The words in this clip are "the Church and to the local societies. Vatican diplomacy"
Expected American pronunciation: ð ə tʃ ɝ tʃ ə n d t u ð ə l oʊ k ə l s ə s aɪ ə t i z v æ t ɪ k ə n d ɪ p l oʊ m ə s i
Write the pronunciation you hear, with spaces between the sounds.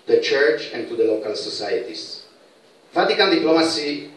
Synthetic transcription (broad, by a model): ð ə tʃ ɝ tʃ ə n t u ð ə l oʊ k ə l s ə s aɪ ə t i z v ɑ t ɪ k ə l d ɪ p l oʊ m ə s i